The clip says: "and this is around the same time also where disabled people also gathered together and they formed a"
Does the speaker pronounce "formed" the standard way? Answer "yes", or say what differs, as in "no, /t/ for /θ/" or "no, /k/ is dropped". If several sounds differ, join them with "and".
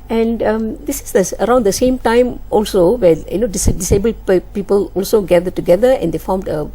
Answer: yes